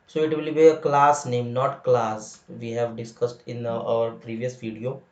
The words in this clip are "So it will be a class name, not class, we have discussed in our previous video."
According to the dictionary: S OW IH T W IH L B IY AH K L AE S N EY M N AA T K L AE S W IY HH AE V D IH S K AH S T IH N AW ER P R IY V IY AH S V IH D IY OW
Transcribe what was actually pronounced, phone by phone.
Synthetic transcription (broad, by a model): S OW IH T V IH L B IY AH K L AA S N EY M N AA T K L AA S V IY HH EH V D IH S K AH S T IH N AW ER P R IY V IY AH S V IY D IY OW